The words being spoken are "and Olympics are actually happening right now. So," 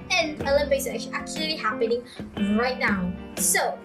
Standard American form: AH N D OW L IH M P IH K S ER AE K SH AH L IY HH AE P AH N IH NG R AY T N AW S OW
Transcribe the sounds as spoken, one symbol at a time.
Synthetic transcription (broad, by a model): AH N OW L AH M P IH S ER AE K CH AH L IY HH AE P AH N IH NG R AY T N AW S OW